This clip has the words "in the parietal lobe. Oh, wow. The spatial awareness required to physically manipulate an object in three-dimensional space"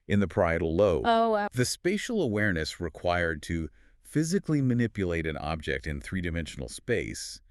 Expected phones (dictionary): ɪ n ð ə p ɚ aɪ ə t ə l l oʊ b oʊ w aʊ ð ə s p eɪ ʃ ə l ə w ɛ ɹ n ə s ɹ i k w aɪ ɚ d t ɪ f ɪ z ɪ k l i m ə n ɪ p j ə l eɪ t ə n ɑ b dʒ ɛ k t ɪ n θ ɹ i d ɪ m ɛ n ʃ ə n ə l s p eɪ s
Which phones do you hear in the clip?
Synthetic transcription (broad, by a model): ɪ n ð ə p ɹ aɪ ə t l l oʊ oʊ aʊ ð ə s p eɪ ʃ l ə w ɛ ɹ n ə s ɹ i k w aɪ ɚ d t ɪ f ɪ z ɪ k l i m ə n ɪ p j ə l eɪ t ə n ɑ b dʒ ɛ k t ɪ n θ ɹ i d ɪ m ɛ n ʃ n l s p eɪ s